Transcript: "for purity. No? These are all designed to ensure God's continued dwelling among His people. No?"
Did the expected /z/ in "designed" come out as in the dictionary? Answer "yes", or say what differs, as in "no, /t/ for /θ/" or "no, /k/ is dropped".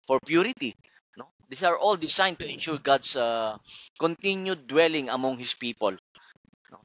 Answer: no, /s/ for /z/